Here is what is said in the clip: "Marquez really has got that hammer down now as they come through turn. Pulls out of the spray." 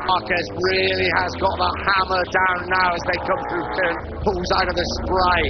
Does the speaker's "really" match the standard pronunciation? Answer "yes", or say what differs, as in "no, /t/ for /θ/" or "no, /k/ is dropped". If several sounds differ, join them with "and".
yes